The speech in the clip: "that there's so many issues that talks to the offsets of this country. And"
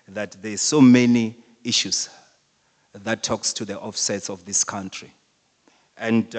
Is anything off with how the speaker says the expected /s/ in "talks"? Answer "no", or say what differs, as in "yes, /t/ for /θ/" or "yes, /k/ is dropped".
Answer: no